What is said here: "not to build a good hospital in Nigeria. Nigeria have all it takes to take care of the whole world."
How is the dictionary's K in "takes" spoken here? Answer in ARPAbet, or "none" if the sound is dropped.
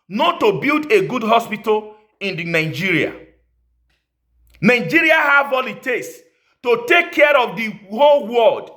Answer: none